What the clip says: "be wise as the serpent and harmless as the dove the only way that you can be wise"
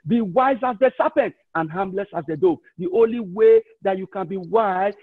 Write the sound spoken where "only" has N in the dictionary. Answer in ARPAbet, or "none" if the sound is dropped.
N